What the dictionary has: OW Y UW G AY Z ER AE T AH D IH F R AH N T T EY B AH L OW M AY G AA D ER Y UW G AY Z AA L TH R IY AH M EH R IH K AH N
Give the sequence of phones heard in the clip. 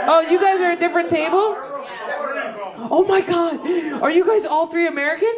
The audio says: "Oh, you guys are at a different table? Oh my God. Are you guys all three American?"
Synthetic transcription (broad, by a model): OW Y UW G AY Z ER AH D IH F R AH N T T EY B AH L OW M AY G AA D ER Y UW G AY Z AA L TH R IY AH M EH R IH K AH N